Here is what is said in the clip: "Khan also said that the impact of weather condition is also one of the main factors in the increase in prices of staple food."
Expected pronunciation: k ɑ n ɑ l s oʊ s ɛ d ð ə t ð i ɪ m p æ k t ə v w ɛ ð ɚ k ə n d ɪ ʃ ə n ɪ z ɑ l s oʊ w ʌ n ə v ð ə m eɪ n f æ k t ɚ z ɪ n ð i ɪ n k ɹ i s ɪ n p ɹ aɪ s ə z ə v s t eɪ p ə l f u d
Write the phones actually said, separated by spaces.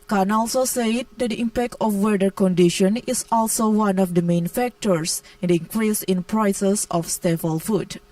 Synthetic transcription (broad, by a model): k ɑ n ɑ l s oʊ s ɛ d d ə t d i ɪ m p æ k t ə f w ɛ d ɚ k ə n d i ʃ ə n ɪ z ɑ l s oʊ w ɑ n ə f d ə m eɪ n f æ k t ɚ s ɪ n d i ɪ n k ɹ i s ɪ n p ɹ aɪ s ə s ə f s t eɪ f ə l f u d